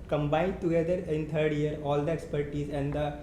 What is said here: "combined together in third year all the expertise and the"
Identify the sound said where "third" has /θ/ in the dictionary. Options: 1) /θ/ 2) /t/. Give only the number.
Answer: 2